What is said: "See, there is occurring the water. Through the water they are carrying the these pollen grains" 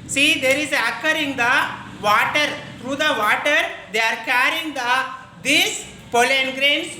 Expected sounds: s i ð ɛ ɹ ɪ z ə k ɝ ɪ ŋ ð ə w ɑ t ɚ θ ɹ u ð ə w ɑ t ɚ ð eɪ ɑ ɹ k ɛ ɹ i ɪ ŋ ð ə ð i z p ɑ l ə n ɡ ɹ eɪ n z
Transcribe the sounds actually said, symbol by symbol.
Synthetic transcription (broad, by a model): s i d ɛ ɹ ɪ z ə k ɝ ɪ ŋ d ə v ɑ t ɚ t ɹ u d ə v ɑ t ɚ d eɪ ɑ ɹ k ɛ ɹ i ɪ ŋ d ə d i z p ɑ l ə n ɡ ɹ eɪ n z